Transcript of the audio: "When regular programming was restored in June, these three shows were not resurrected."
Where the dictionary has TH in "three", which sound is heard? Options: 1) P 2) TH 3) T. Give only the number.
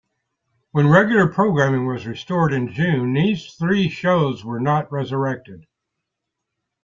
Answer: 2